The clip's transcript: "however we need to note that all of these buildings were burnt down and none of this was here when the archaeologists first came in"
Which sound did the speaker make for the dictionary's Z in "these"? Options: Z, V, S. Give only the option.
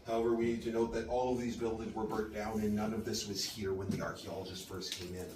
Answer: Z